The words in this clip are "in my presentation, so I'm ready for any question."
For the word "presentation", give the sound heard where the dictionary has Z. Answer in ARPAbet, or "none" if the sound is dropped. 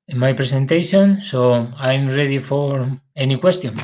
S